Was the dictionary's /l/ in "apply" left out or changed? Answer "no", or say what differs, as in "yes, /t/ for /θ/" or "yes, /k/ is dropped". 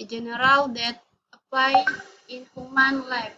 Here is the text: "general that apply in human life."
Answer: yes, /l/ is dropped